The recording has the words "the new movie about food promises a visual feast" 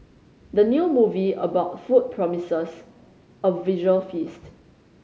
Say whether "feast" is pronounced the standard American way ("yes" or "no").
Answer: yes